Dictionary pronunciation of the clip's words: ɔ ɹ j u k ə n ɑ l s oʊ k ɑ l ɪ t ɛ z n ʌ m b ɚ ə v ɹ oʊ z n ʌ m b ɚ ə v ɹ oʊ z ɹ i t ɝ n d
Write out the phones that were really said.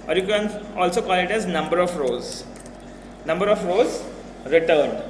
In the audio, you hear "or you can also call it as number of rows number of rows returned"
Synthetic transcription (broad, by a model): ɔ ɹ j u k ə n ɑ l s oʊ k ɑ l ɪ t ɛ z n ʌ m b ɚ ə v ɹ oʊ z n ʌ m b ɚ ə f ɹ oʊ z ɹ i t ɝ n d